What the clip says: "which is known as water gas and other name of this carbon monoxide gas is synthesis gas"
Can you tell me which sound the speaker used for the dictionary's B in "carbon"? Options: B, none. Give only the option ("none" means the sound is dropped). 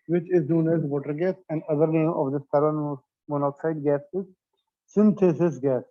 none